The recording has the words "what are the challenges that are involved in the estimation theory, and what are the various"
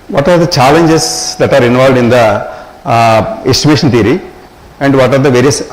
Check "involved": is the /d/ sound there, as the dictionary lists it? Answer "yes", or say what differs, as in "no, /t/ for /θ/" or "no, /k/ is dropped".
yes